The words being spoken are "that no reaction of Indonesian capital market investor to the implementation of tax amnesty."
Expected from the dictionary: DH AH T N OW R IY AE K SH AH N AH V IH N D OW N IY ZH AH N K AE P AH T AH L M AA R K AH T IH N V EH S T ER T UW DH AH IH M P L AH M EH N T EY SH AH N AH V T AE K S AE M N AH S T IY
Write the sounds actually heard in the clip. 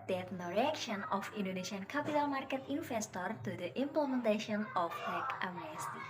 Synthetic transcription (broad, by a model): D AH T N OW R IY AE K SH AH N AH F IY N D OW N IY SH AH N K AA P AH T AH L M AA R K AH T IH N F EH S T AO T UW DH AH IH M P L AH M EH N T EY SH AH N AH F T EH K AA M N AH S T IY